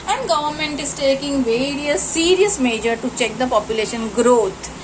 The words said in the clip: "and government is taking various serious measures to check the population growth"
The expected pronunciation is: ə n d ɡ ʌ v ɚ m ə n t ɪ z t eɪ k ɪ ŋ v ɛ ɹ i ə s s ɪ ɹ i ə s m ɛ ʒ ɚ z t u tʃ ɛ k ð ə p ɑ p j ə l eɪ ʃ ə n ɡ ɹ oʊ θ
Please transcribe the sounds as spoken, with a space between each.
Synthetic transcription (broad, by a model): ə n d ɡ ʌ v ɚ m ə n t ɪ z t eɪ k ɪ ŋ v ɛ ɹ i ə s s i ɹ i ə s m ɛ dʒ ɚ t u tʃ ɛ k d ə p ɑ p j ə l eɪ ʃ ə n ɡ ɹ oʊ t